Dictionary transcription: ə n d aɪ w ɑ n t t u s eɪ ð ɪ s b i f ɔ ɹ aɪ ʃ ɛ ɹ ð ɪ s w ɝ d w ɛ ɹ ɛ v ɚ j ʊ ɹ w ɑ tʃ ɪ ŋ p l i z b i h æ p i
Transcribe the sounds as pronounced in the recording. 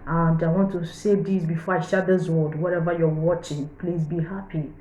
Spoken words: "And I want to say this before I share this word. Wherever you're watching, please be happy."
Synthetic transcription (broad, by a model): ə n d aɪ w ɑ n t t u s eɪ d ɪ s b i f ɔ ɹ aɪ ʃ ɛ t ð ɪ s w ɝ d w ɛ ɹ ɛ v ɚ j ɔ w ɑ tʃ ɪ ŋ p l i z b i h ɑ p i